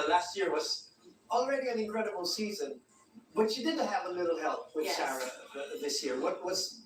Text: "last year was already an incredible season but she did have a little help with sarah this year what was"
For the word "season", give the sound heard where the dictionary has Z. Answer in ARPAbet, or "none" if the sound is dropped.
Z